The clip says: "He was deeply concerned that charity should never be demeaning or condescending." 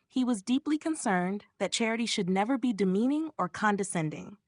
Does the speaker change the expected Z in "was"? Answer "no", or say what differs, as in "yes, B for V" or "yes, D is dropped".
no